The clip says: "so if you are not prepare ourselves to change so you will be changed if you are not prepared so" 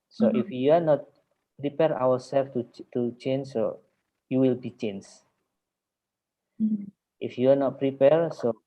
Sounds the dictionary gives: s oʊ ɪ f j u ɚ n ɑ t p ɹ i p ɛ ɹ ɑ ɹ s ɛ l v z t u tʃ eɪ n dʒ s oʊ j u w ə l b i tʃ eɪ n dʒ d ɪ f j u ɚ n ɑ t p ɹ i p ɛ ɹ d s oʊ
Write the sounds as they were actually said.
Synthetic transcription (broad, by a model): s oʊ ɪ f j u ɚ n ɑ t p ɹ i p ɛ ɹ ɑ w s ɛ l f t t u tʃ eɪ n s oʊ j u w ə l b i tʃ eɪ n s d ɪ f j u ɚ n ɑ t p ɹ i p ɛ ɹ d s oʊ